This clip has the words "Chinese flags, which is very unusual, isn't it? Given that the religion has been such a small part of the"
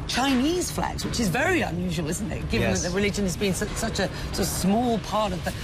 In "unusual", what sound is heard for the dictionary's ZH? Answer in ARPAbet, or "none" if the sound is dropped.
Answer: ZH